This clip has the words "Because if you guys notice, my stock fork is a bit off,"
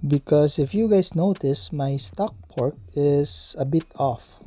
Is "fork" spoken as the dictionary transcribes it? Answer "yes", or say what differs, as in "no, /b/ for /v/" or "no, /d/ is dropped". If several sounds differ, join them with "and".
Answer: no, /p/ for /f/